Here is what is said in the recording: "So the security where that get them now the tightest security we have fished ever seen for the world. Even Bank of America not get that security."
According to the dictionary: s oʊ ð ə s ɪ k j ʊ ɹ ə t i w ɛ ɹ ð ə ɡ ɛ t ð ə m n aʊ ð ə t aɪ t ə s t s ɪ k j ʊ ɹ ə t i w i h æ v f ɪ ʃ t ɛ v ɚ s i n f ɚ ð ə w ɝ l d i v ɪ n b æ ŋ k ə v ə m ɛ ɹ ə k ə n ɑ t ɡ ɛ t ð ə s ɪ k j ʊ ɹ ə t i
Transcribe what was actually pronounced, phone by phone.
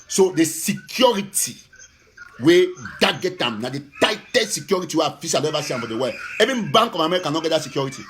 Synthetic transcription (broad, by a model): s oʊ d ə s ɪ k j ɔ ɹ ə t i w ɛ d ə ɡ ɛ t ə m n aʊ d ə t aɪ t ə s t s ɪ k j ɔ ɹ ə t i w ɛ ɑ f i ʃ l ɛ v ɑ s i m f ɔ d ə w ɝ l ɛ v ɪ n b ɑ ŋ k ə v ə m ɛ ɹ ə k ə n ɑ t ɡ ɛ t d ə s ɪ k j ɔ ɹ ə t i